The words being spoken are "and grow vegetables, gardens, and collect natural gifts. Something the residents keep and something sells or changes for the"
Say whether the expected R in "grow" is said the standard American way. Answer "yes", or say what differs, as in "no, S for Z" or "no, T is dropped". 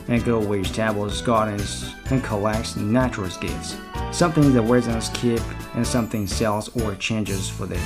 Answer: no, R is dropped